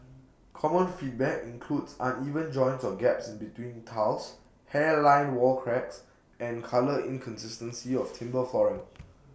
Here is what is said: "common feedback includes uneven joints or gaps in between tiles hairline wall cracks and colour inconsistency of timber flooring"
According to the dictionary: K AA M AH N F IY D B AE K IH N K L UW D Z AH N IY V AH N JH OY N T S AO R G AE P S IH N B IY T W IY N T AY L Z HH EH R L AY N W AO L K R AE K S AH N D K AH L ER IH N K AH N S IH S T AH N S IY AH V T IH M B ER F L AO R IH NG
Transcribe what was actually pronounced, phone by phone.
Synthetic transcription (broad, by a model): K AA M AH N F IY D B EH K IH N K L UW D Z AH N IY V AH N JH OY N T S AO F G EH P S IH N B IY T W IY N T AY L S HH EH L AY N W AO L K R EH K S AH N K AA L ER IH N K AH N S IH S T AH N S IY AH F T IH M B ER F AO R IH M